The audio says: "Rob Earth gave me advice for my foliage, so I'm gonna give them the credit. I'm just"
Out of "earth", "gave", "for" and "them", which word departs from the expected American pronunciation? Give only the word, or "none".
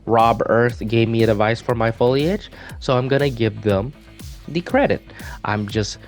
none